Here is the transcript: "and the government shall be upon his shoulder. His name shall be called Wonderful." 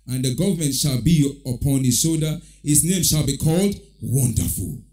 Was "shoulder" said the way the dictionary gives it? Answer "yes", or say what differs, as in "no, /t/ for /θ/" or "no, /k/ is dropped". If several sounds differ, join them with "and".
no, /s/ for /ʃ/ and /l/ is dropped